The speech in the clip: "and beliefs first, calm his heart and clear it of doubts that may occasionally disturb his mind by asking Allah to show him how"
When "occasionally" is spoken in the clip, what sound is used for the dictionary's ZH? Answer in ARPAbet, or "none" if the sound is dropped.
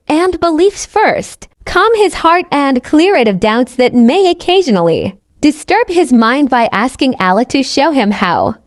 ZH